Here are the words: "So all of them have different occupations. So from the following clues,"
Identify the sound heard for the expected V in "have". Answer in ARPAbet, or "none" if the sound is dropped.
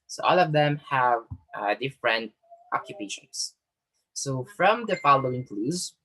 V